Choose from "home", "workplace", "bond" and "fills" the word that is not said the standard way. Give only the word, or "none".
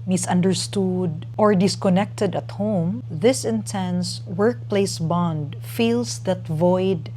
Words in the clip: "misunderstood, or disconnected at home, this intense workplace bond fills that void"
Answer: fills